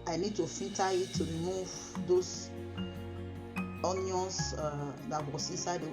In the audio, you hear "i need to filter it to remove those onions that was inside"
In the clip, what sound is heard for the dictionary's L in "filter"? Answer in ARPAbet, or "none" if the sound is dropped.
none